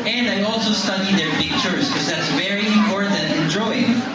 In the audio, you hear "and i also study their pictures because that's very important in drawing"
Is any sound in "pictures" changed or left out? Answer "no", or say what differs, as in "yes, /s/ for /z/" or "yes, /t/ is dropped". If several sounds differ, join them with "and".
yes, /f/ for /p/